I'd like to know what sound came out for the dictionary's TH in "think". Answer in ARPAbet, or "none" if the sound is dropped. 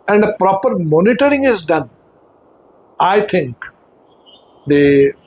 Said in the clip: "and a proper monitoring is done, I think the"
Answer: T